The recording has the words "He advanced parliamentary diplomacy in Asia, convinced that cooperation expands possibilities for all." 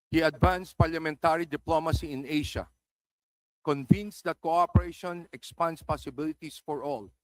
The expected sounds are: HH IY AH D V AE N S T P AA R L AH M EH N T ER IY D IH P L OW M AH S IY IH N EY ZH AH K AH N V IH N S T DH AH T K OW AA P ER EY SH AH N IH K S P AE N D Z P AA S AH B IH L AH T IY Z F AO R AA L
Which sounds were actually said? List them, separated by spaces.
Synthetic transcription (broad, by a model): HH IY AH D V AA N S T P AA R L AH M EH N T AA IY D IH P L OW M AH S IY IH N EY SH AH K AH N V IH N S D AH T K OW AA P ER EY SH AH N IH K S P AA N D S P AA S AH B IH L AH T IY S F AO R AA L